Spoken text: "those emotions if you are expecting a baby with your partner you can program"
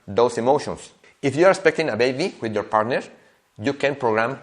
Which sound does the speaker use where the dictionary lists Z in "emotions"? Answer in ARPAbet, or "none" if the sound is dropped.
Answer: S